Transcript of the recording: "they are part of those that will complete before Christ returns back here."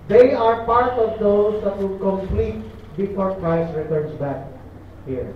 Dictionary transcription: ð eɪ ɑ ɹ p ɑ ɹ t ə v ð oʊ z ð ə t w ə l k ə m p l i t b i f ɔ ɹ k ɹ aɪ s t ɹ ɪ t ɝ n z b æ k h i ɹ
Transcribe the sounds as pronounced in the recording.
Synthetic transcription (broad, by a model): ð eɪ ɑ ɹ p ɑ ɹ t ə v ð oʊ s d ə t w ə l k ə m p l i t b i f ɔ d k aɪ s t ɹ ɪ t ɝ n s b æ k h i ɹ